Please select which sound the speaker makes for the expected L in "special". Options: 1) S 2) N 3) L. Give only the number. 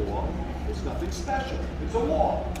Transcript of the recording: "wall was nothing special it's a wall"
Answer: 2